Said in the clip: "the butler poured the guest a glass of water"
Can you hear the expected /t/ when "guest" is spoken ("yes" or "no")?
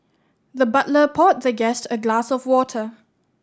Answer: yes